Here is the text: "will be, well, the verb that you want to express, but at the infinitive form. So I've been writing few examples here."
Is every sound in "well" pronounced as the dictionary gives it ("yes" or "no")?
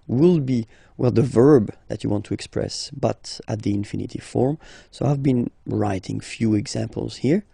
yes